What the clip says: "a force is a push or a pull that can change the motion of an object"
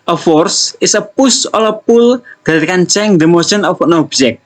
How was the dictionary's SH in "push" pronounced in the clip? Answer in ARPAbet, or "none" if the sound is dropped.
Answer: S